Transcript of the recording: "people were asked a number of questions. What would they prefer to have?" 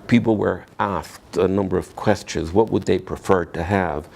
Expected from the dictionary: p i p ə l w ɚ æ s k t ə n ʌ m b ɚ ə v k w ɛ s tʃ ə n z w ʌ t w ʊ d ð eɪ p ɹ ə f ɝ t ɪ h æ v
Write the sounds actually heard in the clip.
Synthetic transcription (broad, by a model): p i p l w ɚ æ s k t ə n ʌ m b ɚ ə v k w ɛ s tʃ ə n z w ʌ t w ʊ d ð eɪ p ɹ ə f ɝ t ɪ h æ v